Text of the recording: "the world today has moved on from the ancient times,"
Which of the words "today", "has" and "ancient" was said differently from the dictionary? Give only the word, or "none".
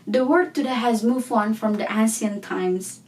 ancient